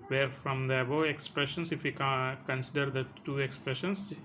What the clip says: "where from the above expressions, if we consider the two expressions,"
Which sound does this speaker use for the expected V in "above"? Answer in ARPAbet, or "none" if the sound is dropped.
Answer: none